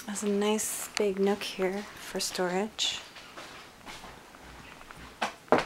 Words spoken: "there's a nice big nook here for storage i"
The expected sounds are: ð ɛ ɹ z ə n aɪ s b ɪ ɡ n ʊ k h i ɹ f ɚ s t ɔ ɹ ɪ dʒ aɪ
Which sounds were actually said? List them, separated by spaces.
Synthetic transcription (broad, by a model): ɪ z ə n aɪ s b ɪ ɡ n ʊ k h i ɹ f ɚ s t ɔ ɹ ɪ dʒ